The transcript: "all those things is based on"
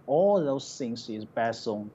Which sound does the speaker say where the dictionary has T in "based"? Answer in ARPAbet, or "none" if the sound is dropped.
none